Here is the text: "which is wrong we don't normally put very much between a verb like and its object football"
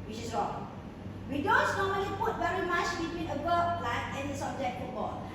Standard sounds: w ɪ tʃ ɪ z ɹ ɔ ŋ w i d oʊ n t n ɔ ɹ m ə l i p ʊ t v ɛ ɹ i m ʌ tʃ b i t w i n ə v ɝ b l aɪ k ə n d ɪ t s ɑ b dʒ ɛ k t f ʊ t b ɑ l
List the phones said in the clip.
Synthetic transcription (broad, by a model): w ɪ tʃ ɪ s ɹ ɔ ŋ w i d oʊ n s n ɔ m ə l i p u t v ɛ ɹ i m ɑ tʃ b i t w i n ə b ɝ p l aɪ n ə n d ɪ s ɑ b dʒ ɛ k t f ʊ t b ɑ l